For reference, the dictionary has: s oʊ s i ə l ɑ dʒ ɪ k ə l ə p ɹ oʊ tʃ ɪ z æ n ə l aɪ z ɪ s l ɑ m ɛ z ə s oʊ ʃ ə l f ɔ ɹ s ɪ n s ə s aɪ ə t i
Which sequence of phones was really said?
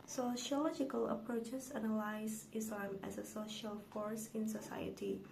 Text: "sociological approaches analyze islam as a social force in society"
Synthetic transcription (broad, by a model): s oʊ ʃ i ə l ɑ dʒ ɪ k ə l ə p ɹ oʊ tʃ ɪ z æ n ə l aɪ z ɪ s l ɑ m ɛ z ə s oʊ ʃ ə l f ɔ ɹ s ɪ n s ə s aɪ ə t i